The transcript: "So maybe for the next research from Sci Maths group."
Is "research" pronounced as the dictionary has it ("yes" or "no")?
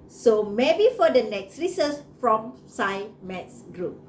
no